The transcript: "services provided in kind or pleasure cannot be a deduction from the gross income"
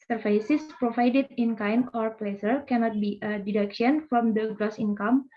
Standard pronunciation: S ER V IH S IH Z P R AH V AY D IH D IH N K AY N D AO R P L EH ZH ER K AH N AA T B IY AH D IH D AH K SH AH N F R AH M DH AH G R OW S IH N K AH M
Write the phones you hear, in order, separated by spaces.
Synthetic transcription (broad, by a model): S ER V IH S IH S P R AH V AY D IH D IH N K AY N AO R P L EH S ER K AH N AA T B IY AH D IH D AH K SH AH N F R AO M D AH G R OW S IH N K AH M